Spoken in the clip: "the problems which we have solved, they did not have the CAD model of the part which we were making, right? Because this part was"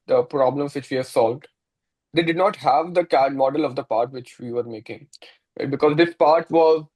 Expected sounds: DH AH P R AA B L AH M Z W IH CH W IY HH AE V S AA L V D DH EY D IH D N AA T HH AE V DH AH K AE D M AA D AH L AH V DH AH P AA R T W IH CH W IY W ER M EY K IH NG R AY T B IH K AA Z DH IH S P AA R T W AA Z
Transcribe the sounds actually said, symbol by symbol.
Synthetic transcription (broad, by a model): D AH P R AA B L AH M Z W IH CH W IY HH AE S AA L V D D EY D IH D N AA T HH AE V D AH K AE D M AA D AH L AH V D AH P AA R T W IH CH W IY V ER M EY K IH NG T B IH K AA Z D IH S P AA R T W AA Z